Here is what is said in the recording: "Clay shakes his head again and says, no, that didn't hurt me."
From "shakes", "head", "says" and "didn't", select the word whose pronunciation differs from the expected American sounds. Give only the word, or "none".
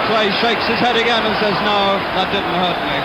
none